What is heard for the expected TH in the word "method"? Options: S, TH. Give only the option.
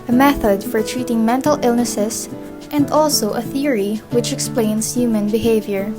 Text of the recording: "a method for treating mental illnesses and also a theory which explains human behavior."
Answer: TH